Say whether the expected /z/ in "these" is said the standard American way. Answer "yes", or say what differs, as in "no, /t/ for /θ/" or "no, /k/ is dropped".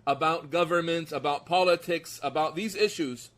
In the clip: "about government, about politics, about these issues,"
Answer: yes